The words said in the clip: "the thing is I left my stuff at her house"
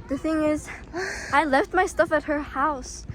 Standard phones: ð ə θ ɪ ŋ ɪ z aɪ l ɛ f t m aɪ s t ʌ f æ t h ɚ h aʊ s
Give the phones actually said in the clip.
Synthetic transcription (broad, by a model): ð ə θ ɪ ŋ ɪ z aɪ l ɛ f t m aɪ s t ʌ f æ t h ɚ h aʊ s